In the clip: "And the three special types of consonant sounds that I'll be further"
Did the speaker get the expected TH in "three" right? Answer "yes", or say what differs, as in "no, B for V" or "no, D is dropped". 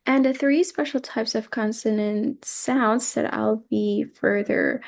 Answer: yes